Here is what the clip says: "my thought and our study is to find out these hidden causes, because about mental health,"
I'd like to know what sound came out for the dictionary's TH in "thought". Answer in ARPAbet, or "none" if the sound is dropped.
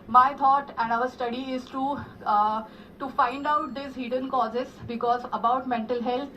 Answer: T